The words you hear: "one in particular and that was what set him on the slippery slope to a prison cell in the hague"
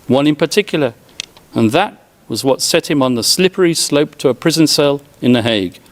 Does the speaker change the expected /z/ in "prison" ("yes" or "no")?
no